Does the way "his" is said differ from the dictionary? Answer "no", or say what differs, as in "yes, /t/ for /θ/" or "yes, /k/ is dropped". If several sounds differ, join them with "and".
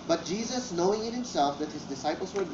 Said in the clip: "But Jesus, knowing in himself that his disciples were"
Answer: no